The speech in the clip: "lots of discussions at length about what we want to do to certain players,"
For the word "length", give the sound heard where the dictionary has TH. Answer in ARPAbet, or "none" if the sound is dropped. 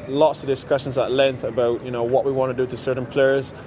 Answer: TH